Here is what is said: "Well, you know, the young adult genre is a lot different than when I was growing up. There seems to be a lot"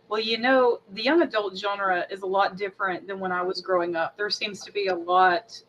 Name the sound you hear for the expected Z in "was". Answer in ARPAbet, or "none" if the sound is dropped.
Z